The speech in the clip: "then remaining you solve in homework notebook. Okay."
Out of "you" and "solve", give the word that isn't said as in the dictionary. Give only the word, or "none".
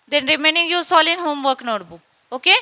solve